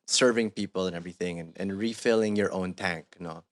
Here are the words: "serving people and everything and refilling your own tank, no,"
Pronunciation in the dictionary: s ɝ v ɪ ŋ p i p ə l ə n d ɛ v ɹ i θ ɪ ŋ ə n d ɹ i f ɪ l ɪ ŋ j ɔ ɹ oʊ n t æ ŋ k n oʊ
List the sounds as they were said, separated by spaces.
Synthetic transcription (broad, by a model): s ɝ v ɪ ŋ p i p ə l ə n ɛ v ɹ i θ ɪ ŋ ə n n ɹ i f ɪ l ɪ ŋ j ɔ ɹ oʊ n t æ ŋ k n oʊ